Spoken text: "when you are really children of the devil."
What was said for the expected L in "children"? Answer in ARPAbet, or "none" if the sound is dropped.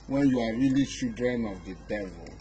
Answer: none